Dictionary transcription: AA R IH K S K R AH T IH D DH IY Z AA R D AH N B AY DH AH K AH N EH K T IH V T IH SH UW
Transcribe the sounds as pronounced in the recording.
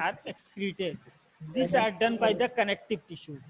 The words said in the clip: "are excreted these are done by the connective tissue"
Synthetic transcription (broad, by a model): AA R IH K S K R AH T IH D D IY S AA R D AH N B AY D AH K AH N EH K T IH V T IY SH UW